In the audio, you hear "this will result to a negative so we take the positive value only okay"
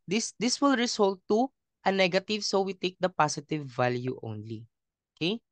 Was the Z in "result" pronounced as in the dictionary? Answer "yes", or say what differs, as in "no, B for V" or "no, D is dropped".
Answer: no, S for Z